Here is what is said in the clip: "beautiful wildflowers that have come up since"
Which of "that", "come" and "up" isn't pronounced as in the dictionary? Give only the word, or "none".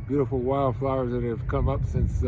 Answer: none